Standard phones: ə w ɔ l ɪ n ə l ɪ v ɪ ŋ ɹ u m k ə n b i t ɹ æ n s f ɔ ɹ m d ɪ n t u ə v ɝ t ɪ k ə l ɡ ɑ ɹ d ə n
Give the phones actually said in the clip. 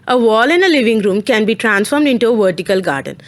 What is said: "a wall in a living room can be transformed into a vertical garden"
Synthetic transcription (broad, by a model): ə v ɔ l ɪ n ə l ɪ v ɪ ŋ ɹ u m k ə n b i t ɹ æ n s f ɔ ɹ m d ɪ n t u ə v ɝ t ɪ k ə l ɡ ɑ ɹ d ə n